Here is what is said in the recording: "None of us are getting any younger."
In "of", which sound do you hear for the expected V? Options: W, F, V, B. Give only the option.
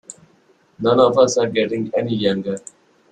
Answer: F